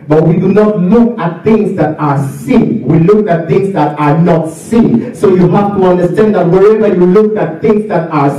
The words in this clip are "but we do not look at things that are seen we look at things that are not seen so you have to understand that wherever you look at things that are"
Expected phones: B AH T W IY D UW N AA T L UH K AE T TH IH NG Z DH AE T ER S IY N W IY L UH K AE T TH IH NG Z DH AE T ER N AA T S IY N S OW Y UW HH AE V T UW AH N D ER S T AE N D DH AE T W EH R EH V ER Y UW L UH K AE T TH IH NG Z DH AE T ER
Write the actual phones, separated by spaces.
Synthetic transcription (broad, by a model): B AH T W IY D UW N AA T L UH K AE T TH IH NG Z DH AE T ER S IY N W IY L UH K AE T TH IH NG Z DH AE T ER N AA T S IY N S OW Y UW HH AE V T UW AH N D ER S T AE N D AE T W EH R EH V ER Y UW L UH K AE T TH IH NG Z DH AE T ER